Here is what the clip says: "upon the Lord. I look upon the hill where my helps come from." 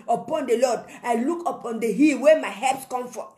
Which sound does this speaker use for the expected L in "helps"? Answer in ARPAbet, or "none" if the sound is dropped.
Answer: none